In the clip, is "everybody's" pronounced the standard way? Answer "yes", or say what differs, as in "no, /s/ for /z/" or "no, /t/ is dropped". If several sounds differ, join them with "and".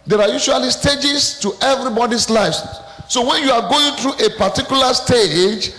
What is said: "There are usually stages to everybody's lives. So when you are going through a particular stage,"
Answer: no, /s/ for /z/